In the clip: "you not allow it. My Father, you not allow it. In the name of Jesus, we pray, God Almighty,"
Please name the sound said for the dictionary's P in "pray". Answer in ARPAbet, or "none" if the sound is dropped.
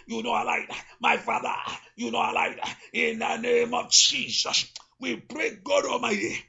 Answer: B